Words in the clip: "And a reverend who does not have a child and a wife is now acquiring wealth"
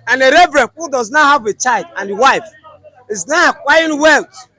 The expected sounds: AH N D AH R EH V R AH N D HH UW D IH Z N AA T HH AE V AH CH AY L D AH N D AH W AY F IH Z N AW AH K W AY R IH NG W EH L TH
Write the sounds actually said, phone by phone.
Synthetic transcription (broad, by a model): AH N AH R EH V R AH N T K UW D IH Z N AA HH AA V AH CH AY L D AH N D AH W AY F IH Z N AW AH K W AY IH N W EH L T